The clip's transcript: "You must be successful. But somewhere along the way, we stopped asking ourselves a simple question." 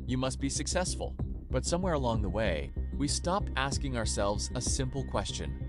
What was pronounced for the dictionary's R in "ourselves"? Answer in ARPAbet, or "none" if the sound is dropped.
R